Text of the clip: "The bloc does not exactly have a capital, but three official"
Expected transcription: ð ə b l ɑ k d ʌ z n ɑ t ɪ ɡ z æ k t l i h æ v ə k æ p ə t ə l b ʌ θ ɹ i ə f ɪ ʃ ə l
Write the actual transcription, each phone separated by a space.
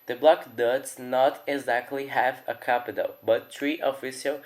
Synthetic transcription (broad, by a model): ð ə b l ɑ k d ʌ z n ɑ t ɪ ɡ z æ k t l i h æ v ə k æ p ə t ə l b ʌ t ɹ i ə f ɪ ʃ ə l